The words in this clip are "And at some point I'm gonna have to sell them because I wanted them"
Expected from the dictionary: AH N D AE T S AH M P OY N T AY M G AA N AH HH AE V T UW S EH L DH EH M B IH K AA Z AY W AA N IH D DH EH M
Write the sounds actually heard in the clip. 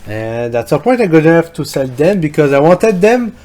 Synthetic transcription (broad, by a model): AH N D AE T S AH P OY T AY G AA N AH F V T UW S EH L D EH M B IH K AA Z AY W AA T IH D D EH M